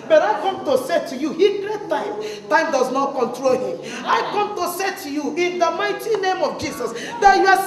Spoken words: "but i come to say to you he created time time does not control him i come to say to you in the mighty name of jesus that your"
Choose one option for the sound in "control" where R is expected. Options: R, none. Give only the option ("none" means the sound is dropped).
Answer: R